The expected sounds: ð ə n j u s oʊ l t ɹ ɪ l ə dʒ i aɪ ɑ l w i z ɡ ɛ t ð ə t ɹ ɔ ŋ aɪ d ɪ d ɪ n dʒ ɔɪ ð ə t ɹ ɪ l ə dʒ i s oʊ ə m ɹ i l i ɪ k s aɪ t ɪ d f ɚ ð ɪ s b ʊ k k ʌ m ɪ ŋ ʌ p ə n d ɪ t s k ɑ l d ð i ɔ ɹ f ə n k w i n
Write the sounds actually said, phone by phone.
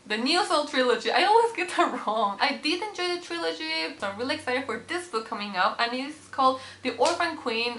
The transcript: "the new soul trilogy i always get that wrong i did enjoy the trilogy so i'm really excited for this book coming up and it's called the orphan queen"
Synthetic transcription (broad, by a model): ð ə n j u s oʊ l t ɹ ɪ l ə dʒ i aɪ ɑ l w i z ɡ ɛ t ð ə t ɹ ɔ ŋ aɪ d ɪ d ɪ n dʒ ɔɪ ð ə t ɹ ɪ l ə dʒ i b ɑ ə m ɹ i l i ɪ k s aɪ t ɪ d f ɚ ð ɪ s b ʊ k k ʌ m ɪ ŋ ʌ p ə n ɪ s k ɑ l d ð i ɔ ɹ f ə n k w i n